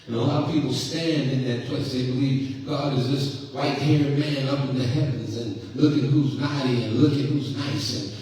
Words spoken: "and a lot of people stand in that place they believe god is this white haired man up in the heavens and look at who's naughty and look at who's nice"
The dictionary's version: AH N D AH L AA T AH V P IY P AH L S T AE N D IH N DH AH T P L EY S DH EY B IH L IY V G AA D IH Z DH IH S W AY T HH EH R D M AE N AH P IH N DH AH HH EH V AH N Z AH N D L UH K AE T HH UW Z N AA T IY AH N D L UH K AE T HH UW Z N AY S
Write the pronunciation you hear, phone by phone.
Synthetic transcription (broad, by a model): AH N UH AH L AA T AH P IY P L S T AE N D IH N DH AH T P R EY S DH EY B IH L IY V G AA D IH Z DH IH S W AY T HH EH R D M AE N AH P IH N DH AH HH EH V AH N Z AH N L UH K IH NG HH UW Z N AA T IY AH N L UH K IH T HH UW Z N AY S